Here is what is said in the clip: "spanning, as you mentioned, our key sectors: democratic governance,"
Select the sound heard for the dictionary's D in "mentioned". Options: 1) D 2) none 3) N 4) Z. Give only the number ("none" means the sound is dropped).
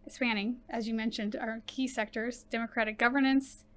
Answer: 1